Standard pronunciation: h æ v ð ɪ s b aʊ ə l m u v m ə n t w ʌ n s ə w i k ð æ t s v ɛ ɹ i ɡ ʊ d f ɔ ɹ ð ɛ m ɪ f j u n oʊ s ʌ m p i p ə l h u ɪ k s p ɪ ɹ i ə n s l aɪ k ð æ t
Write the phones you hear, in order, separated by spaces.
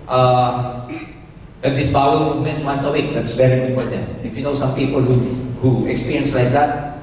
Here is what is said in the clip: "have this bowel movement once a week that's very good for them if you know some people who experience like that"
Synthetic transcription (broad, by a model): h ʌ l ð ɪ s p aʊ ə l m u v m ə n t w ʌ n s ə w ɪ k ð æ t s b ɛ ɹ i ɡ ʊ f ɔ ɹ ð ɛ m ɪ f j u n oʊ s ʌ m p i p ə l h u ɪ k s p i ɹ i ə n s l aɪ k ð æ t